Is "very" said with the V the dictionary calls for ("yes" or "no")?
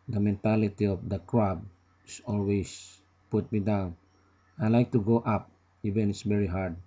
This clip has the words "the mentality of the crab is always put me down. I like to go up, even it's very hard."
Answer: no